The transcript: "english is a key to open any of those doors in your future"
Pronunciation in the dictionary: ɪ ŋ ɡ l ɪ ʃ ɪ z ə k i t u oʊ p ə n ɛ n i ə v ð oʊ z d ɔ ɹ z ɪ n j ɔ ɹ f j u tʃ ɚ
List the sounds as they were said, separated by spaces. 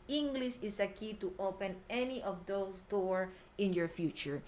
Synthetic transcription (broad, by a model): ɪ ŋ ɡ l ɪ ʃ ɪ s ə k i t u oʊ p ə n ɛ n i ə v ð oʊ s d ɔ ɹ ɪ n j ɔ ɹ f j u tʃ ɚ